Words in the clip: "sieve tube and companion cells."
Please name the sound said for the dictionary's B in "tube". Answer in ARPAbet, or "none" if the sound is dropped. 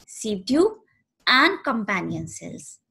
none